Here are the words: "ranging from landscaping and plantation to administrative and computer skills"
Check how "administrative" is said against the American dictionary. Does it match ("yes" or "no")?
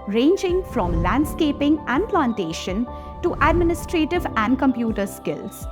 yes